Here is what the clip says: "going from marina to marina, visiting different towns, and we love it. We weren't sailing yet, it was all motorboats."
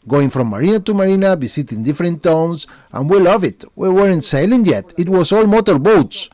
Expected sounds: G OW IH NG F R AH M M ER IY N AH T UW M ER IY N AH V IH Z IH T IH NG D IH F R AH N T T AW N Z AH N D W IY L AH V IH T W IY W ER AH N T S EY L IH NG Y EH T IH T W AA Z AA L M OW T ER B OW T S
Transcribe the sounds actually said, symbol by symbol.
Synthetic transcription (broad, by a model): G OW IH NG F R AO M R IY N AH T UW M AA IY N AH B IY S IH T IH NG D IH F R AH N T T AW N S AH N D W IY L AH V IH T W IY W ER AH N T S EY L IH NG Y EH T IH T W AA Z AA L M OW T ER B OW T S